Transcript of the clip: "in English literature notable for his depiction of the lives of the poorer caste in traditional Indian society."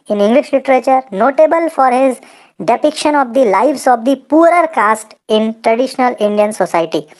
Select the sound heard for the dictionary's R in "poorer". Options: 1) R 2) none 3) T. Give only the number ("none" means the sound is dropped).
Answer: 1